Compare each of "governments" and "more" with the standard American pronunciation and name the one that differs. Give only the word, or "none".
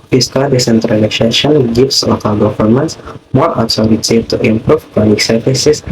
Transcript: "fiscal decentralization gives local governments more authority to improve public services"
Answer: governments